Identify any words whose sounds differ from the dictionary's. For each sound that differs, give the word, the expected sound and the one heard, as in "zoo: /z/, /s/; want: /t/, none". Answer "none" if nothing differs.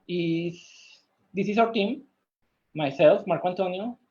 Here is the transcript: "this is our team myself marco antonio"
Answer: is: /z/, /s/; our: /ɹ/, /w/